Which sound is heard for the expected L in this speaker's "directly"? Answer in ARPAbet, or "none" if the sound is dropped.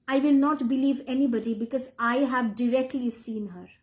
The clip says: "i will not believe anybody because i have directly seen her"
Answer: L